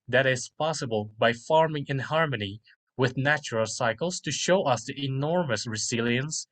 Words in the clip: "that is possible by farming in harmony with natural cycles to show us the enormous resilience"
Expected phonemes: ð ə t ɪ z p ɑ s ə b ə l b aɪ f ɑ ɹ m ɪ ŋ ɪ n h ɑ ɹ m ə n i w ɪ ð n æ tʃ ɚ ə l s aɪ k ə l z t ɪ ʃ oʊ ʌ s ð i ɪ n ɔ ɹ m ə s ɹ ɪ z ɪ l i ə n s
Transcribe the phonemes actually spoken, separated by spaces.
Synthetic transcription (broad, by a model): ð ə t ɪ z p ɑ s ə b ə l b aɪ f ɑ ɹ m ɪ ŋ ɪ n h ɑ ɹ m ə n i w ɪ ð n æ tʃ ɚ ə l s aɪ k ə l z t ɪ ʃ oʊ ʌ s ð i ɪ n ɔ ɹ m ə s ɹ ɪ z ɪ l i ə n s